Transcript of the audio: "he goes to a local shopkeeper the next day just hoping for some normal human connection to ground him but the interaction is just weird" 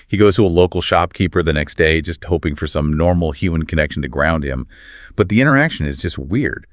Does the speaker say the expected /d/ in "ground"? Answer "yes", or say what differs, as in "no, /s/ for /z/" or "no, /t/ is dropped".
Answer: yes